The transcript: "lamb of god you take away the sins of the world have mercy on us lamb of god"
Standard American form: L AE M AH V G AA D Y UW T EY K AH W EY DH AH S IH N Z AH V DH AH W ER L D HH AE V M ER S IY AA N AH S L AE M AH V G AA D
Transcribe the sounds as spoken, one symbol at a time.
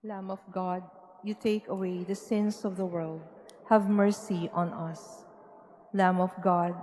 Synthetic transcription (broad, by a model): L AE M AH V G AA D Y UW T EY K AH W EY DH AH S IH N S AH V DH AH W ER L D HH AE V M ER S IY AA N AH S L AE M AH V G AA D